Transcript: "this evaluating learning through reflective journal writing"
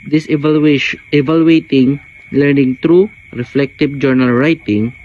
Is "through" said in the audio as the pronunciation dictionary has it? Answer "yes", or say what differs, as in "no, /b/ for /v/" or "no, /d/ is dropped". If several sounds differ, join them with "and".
no, /t/ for /θ/